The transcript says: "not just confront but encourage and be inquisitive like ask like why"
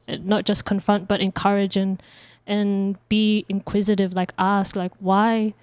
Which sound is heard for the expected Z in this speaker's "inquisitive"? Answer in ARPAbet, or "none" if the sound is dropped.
Z